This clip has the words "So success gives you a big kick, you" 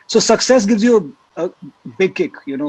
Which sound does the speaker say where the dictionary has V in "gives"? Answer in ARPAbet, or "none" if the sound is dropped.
V